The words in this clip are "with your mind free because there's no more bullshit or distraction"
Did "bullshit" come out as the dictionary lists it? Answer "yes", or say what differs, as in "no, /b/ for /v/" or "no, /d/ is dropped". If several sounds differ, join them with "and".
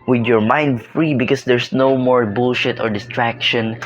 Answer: yes